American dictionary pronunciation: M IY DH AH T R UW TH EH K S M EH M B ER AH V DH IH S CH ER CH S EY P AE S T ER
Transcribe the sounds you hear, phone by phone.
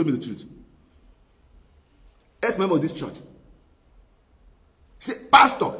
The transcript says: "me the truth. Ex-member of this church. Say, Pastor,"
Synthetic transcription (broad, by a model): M IY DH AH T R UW T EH S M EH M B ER AH V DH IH S CH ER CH S EY P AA S T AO